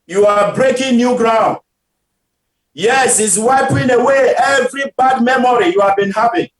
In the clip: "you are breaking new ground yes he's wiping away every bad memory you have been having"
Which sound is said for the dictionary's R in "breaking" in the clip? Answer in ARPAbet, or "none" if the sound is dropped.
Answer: R